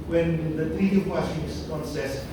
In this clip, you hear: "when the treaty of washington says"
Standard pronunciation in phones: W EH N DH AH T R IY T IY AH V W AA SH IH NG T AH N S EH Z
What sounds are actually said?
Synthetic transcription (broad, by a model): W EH N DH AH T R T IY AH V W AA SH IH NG S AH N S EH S